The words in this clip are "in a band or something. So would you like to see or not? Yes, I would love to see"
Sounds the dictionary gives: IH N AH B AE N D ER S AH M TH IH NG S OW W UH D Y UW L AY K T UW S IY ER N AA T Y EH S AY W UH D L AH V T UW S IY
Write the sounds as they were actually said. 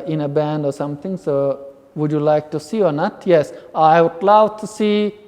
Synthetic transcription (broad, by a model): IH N AH B AE N D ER S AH M T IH NG S OW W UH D Y UW L AY K T UW S IY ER N AA T Y EH S AY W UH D L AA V T UW S IY